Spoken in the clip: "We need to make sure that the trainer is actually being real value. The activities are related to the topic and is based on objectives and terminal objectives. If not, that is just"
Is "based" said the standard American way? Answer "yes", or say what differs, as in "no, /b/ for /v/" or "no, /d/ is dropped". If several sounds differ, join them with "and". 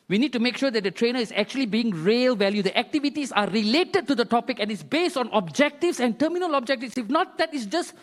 yes